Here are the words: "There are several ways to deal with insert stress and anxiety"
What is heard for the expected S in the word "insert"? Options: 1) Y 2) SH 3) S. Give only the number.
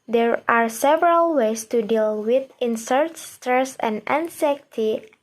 3